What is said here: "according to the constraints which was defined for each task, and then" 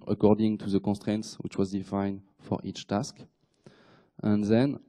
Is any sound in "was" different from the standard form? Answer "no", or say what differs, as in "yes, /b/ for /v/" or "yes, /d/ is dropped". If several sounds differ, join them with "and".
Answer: no